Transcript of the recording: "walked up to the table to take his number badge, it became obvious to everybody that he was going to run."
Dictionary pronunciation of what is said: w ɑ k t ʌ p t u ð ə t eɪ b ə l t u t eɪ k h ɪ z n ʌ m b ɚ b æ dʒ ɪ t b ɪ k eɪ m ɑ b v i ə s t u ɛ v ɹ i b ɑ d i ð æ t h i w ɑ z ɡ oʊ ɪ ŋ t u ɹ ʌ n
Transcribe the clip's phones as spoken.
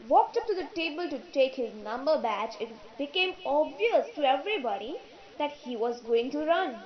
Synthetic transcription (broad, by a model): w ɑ k t ʌ p t u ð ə t eɪ b ə l t u t eɪ k h ɪ z n ʌ m b ɚ b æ tʃ ɪ t b ɪ k eɪ m ɑ b v i ə s t u ɛ v ɹ i b ɑ d i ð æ t h i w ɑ z ɡ oʊ ɪ ŋ t u ɹ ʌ n